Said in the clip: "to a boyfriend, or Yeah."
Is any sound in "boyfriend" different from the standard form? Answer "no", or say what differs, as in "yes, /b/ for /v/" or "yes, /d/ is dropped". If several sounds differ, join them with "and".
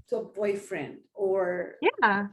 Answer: no